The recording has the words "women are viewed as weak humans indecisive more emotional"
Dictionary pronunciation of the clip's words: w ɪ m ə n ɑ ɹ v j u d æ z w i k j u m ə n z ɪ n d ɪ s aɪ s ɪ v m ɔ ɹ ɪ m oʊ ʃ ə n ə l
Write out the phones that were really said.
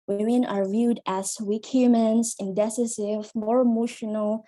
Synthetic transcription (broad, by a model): w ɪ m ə n ɑ ɹ v j u d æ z w i k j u m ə n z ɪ n d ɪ s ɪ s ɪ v m ɔ ɹ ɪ m oʊ ʃ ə n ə l